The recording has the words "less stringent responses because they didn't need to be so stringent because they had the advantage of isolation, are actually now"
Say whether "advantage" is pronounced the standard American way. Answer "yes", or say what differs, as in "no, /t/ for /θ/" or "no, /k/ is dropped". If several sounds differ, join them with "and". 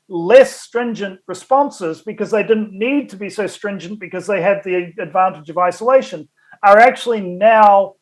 yes